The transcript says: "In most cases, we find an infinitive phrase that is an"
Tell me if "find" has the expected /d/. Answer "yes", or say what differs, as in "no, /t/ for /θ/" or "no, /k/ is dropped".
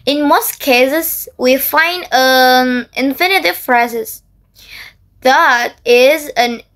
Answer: yes